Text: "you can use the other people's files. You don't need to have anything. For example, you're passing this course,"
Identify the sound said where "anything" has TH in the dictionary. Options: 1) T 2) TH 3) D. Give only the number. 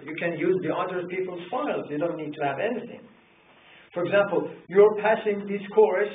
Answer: 2